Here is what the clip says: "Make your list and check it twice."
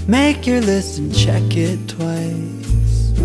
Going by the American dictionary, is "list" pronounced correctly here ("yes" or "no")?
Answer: no